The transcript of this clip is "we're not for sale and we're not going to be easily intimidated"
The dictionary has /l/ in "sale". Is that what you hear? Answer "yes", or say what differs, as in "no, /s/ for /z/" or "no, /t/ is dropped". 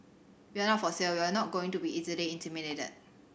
no, /w/ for /l/